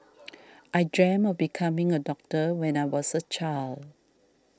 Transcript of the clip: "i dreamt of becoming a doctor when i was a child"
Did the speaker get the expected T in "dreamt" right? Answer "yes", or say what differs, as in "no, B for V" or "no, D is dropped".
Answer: no, T is dropped